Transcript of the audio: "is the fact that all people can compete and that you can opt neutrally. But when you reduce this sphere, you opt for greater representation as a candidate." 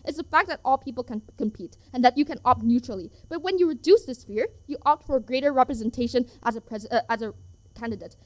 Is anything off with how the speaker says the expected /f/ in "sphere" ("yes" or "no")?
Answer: no